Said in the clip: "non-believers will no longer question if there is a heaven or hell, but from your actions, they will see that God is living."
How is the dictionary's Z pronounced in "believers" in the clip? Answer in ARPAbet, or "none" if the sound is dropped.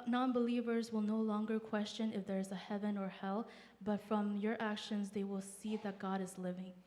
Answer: Z